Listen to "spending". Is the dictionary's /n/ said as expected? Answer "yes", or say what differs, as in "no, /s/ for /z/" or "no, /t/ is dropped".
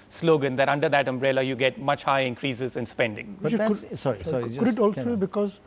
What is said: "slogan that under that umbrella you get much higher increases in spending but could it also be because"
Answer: yes